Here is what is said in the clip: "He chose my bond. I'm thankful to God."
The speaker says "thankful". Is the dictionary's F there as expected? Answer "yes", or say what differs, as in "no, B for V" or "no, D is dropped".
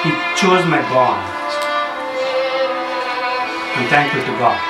no, F is dropped